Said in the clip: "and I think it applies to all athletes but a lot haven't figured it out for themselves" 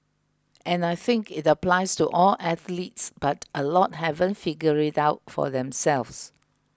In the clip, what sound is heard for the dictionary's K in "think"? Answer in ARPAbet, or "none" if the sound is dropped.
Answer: K